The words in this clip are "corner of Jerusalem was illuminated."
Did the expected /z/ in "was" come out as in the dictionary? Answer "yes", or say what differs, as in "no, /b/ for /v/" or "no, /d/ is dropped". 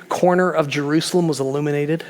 yes